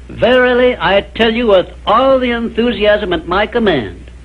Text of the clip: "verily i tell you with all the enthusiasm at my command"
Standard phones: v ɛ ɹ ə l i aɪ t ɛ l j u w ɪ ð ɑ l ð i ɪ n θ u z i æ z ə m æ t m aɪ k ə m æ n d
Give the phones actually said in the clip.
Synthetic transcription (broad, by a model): v ɛ ɹ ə l i aɪ t ɛ l j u w ɪ ð ɑ l ð i ɪ n θ u z i æ z ə m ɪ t m aɪ k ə m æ n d